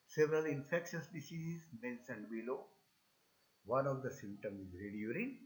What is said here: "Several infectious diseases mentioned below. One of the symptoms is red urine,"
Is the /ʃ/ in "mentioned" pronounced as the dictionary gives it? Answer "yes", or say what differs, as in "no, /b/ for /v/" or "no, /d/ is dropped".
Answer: no, /s/ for /ʃ/